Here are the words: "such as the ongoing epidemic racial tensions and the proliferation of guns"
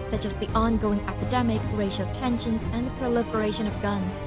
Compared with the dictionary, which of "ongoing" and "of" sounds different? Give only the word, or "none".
none